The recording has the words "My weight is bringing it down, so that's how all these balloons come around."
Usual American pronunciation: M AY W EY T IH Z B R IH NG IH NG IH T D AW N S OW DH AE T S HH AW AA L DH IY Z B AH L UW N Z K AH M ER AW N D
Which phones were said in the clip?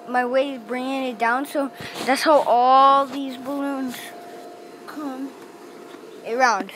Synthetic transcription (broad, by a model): M AY W EY IH Z B R IH NG IH NG IH T D AW N S OW DH AE T S HH AW AA L DH IY Z B AH L UW N Z K AH M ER AW N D